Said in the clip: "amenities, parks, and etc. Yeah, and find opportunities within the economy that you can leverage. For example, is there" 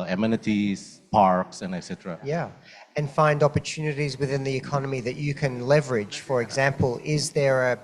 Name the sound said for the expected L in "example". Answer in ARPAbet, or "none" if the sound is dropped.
L